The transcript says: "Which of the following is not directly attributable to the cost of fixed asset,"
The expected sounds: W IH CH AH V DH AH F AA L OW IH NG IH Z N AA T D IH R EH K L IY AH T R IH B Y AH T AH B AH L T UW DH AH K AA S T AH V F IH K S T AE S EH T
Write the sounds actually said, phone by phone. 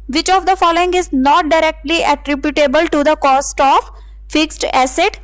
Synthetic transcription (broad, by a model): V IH CH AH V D AH F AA L OW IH NG IH Z N AA T D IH R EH K L IY AH T R IH B Y AH T AH B AH L T UW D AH K AA S T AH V F IH K S T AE S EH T